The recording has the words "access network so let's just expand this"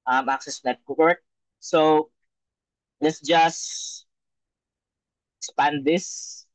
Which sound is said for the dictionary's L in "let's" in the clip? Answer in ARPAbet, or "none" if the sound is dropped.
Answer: L